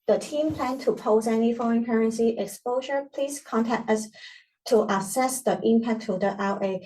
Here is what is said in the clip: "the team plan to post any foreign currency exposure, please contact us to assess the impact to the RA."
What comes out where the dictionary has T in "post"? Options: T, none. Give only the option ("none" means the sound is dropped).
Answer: none